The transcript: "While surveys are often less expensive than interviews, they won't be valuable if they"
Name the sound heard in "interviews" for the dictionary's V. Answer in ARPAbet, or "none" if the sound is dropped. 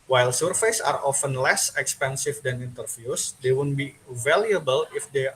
F